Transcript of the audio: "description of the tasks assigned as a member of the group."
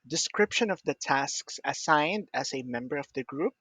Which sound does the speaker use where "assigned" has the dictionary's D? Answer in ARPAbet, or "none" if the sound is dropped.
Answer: D